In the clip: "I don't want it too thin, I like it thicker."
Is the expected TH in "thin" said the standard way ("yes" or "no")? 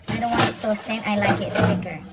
no